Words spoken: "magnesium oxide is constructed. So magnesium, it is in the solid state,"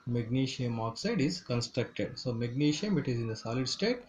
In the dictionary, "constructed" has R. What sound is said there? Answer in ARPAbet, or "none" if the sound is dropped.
R